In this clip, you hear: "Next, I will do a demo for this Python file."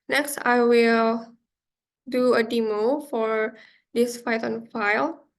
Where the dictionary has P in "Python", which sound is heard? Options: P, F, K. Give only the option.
F